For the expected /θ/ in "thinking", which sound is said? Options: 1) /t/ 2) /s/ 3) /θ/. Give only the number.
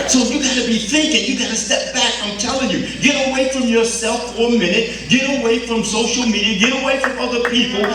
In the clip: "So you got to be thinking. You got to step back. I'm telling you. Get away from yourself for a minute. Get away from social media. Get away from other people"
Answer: 3